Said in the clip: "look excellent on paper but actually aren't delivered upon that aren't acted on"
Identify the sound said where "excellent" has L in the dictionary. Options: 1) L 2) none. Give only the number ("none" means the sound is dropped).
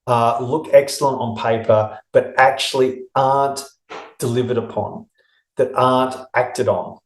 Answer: 1